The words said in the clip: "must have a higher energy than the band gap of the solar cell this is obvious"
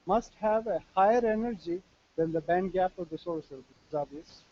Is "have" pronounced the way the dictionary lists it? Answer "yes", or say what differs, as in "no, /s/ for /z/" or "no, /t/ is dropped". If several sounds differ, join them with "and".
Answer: yes